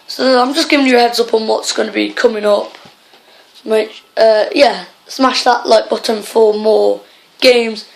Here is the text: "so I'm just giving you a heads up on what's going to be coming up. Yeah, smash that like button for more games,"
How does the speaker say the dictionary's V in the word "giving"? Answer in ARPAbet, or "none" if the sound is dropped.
V